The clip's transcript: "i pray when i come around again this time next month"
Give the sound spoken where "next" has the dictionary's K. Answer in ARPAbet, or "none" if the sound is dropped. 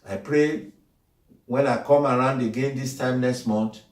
K